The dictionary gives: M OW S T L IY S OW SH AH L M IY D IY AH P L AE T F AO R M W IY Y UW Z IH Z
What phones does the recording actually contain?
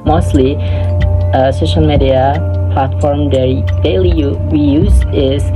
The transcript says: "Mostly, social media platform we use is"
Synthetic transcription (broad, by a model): M OW S T L IY S OW SH AH L M IY D IY AH P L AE T F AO R M W IY Y UW Z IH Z